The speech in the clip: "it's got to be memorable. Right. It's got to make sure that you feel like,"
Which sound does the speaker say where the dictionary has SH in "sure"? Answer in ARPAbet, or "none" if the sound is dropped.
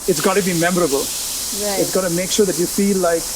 SH